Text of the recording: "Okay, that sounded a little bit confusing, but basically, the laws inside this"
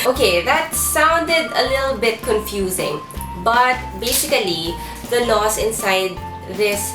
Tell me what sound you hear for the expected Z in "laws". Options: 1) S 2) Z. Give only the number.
1